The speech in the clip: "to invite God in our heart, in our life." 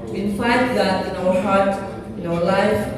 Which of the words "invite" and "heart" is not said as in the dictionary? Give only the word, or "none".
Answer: invite